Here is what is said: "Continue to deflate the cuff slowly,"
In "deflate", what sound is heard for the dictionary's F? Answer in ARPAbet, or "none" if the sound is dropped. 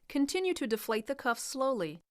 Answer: F